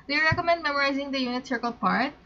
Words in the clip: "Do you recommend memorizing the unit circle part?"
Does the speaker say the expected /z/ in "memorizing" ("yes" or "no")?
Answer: yes